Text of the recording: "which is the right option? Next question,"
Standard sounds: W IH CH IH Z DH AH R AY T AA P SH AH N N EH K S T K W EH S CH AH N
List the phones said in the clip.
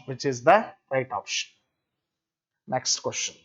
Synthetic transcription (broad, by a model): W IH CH IH Z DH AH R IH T AA P SH AH N N EH K S T K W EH S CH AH N